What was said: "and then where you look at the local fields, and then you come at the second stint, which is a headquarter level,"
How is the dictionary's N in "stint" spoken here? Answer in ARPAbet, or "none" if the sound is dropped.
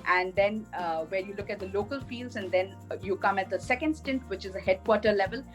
N